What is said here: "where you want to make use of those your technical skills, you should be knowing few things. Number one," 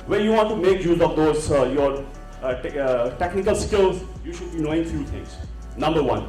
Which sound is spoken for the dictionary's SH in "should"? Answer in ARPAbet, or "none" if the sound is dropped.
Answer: SH